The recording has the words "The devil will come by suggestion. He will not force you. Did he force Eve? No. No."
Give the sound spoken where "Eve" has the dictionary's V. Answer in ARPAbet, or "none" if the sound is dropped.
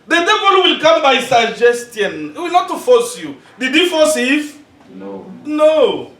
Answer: F